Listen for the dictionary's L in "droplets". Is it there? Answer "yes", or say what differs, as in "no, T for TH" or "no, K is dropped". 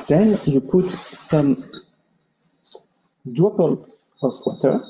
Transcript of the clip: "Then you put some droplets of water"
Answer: no, L is dropped